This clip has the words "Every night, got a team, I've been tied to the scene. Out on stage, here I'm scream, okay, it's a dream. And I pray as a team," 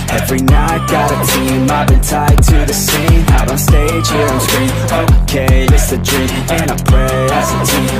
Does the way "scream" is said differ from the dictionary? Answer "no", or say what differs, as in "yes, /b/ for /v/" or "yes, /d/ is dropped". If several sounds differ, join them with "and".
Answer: yes, /m/ is dropped